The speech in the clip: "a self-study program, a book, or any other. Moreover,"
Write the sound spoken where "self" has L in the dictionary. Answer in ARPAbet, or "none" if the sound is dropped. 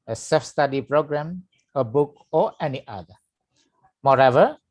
none